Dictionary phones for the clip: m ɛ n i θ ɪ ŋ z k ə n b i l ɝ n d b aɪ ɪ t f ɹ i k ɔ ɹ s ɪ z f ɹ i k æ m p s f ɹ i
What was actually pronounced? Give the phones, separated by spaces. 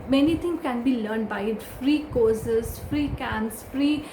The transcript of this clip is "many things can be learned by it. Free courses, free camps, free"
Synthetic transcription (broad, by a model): m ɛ n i t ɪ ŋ k ə n b i l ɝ n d b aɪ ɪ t f ɹ i k ɔ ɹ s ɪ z f ɹ i k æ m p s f ɹ i